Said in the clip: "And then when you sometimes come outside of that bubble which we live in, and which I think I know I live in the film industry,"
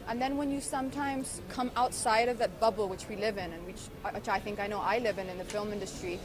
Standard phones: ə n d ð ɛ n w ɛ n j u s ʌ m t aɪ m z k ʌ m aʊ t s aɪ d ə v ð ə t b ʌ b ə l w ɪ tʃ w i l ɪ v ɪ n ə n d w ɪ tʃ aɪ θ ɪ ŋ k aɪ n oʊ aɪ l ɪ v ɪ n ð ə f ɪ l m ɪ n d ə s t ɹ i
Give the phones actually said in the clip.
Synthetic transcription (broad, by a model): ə n ð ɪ n w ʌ n j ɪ s ʌ m t aɪ m z k ʌ m aʊ t s aɪ d ə v ð ə t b ʌ b l w ɪ tʃ w i l ɪ v ɪ n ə n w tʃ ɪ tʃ aɪ θ ɪ ŋ k aɪ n oʊ aɪ l ɪ v ɪ n ð ə f ɪ l m ɪ n d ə s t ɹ i